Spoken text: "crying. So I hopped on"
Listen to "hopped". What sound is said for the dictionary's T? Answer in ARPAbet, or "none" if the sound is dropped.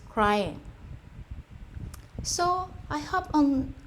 none